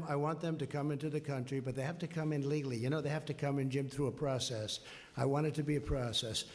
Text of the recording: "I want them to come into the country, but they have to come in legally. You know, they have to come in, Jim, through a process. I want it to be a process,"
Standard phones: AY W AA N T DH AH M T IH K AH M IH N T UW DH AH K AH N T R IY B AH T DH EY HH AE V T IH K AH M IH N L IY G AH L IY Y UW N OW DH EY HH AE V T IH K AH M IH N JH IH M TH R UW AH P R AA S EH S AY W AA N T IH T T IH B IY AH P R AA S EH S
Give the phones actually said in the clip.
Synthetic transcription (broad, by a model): AY W AA N DH AH M T IH K AH M IH N T UW DH AH K AH N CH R IY B AH T DH EY HH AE F T IH K AH M IH N L IY G L IY Y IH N OW DH EY HH AE F T IH K AH M IH N JH IH M TH R UW AH P R AA S EH S AY W AA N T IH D T IH B IY AH P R AA S EH S